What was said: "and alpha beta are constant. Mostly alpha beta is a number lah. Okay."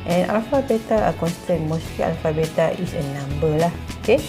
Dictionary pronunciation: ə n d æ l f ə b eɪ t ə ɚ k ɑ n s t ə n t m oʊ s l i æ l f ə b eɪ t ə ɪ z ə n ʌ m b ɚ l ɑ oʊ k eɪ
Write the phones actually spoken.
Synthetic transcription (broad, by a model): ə n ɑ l f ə b eɪ t ə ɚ k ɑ n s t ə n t m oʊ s i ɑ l f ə b eɪ t ə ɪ s ə n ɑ m b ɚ l ɑ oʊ k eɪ